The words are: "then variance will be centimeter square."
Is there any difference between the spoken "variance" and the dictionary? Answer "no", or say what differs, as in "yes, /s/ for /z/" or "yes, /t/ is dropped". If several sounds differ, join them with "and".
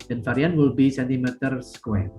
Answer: yes, /f/ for /v/ and /s/ is dropped